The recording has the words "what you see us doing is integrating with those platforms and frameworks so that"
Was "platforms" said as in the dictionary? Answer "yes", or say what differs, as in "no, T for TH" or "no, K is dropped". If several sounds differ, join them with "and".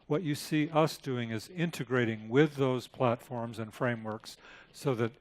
yes